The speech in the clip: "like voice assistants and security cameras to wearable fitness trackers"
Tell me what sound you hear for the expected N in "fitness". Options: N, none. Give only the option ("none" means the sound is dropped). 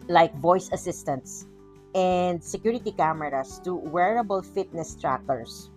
N